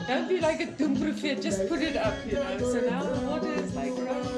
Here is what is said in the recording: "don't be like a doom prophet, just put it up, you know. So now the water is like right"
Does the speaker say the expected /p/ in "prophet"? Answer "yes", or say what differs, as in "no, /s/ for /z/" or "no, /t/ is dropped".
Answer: no, /b/ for /p/